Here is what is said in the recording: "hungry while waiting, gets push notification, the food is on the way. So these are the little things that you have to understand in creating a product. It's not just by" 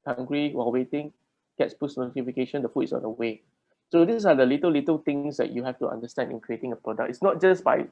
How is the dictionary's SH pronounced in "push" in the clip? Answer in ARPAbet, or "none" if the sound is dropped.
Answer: S